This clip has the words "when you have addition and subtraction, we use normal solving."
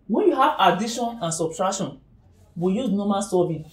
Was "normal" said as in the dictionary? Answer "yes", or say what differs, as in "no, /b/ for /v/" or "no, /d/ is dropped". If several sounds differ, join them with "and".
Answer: no, /n/ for /l/